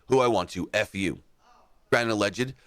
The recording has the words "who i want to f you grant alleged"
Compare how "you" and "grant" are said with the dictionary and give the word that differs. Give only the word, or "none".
grant